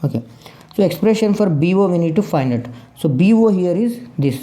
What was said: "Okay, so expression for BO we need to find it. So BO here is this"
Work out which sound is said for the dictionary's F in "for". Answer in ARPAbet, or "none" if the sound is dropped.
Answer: F